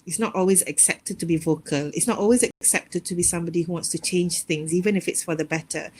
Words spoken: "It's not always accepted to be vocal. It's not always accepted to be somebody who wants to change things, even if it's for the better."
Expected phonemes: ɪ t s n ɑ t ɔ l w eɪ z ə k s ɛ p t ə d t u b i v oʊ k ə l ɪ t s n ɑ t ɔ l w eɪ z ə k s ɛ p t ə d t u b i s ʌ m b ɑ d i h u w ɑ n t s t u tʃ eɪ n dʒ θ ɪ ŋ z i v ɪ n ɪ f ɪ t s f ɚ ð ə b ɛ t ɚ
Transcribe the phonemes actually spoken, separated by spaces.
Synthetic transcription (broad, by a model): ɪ t s n ɑ t ɔ l w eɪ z ə k s ɛ p t ə d t u b i v oʊ k ə l ɪ t s n ɑ t ɔ l w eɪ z ə k s ɛ p t ə d t u b i s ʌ m b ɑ d i h u w ɑ n t s t u tʃ eɪ n dʒ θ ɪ ŋ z i v ɪ n ɪ f ɪ t s f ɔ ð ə b ɛ t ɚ